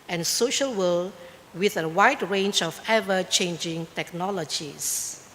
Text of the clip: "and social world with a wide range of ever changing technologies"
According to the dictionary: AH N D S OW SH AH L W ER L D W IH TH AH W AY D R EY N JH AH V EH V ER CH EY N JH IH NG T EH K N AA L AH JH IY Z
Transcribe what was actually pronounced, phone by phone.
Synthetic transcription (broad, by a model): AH N S OW SH AH L W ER L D W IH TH AH W AY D R EY N JH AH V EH V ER CH EY N JH IH NG T EH K N AA L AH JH IY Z